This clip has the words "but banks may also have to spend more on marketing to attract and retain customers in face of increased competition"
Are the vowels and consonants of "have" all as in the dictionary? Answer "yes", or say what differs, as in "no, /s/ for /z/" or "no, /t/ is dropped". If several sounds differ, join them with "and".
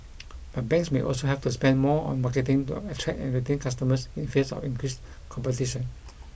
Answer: no, /f/ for /v/